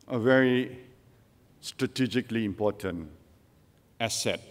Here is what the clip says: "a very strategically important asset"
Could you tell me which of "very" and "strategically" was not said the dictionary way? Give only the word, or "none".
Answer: none